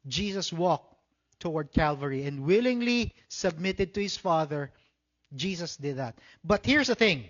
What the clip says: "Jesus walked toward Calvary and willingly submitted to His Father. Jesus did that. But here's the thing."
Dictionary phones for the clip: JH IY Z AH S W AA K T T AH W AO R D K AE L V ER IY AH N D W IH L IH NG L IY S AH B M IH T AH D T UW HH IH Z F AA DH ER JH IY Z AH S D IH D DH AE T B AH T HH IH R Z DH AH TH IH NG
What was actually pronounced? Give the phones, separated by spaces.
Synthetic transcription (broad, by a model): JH IY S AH S W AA K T T AH W AO R D K AE L V ER IY AH N D W IH L IH NG L IY S AH B M IH T AH D T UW HH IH S F AA DH ER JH IY S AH S D IH D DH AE T B AH T HH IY R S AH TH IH NG